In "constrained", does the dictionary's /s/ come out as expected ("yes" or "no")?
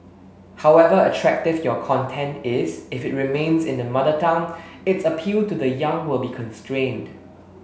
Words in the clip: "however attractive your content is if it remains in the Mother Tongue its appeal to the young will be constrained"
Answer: yes